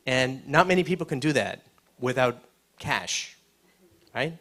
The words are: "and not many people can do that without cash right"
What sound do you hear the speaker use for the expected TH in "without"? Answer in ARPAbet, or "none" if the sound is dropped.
TH